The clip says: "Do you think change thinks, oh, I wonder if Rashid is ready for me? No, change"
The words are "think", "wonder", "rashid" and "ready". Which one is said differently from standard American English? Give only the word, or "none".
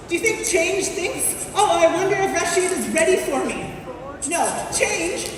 none